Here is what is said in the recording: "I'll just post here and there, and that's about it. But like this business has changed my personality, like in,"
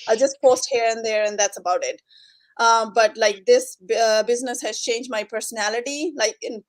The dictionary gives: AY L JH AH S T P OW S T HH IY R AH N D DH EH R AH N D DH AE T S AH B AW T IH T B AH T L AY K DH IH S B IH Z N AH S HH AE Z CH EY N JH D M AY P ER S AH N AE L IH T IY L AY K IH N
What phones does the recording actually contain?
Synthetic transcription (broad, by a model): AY JH AH S T P OW S T HH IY R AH N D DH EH R AH N D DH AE T S AH B AW T IH T B AH T L AY K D IH S B IH Z N AH S HH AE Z CH EY N JH D M AY P ER S AH N AE L IH T IY L AY K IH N